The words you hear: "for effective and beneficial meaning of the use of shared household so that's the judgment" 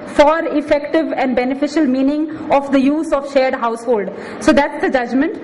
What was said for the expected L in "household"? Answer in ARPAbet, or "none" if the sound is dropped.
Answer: L